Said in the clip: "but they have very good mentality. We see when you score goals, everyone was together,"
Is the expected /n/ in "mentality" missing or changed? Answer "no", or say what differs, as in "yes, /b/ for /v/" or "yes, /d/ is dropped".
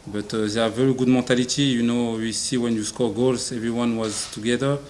yes, /n/ is dropped